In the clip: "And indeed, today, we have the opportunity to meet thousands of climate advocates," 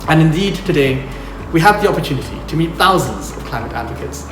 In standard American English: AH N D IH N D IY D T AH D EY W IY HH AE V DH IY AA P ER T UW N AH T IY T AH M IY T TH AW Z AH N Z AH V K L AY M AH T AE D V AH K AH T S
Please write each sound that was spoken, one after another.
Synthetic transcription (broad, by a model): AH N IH N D IY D T AH D EY W IY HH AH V DH IY AA P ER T UW N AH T IY T AH M IY T TH AW Z AH N Z AH V K L AY M AH T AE D V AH K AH T S